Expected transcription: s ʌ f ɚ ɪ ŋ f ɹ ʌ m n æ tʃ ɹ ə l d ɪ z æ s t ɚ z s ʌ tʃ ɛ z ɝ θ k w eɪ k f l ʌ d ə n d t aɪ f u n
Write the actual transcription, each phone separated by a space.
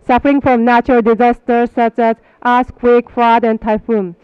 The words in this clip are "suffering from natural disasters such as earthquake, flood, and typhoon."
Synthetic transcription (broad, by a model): s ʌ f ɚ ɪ ŋ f ɹ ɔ m n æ tʃ ɹ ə l d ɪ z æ s t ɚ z s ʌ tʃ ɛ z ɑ s k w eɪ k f ɑ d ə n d t aɪ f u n